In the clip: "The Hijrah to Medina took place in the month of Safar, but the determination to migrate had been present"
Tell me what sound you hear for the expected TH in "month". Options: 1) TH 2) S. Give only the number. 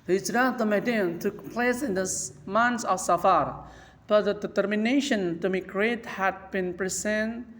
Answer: 2